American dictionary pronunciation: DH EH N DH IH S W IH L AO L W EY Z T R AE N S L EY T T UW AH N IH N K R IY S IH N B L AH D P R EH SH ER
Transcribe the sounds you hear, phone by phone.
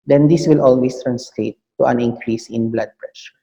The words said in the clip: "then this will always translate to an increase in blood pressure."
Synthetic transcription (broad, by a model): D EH N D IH S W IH L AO L W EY S T R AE N S L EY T T UW AH N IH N K R IY S IH N B L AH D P R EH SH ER